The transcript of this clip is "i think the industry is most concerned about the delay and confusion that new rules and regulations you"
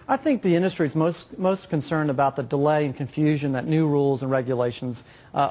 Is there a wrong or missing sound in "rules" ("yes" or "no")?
no